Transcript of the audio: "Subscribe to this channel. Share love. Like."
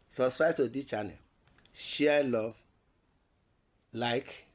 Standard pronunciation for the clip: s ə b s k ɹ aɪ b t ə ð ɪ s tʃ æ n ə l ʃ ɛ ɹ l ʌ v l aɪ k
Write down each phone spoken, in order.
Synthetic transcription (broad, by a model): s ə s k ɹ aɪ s t ə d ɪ tʃ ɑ n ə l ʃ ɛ l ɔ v l aɪ k